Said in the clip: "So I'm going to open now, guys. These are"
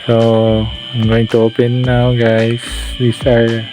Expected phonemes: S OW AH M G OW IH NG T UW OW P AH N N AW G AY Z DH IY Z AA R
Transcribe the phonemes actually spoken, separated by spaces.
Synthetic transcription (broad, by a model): S OW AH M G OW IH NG T UW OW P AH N N AW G AY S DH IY S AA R